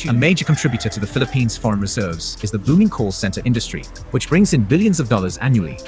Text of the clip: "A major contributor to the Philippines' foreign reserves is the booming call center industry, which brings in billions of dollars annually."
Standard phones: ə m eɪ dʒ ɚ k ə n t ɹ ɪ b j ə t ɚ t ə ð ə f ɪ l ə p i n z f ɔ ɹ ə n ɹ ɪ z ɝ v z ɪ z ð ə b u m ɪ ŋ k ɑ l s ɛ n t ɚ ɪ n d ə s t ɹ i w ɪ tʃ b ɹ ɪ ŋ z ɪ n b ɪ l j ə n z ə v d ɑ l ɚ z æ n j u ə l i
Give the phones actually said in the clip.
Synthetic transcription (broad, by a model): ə m eɪ dʒ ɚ k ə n t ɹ ɪ b j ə t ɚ t ə ð ə f ɪ l ə p i n z f ɔ ɹ ə n ɹ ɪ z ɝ v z ɪ z ð ə b u m ɪ ŋ k ɑ l s ɛ n t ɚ ɪ n d ə s t ɹ i w ɪ tʃ b ɹ ɪ ŋ z ɪ n b ɪ l j ə n z ə v d ɑ l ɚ z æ n j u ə l i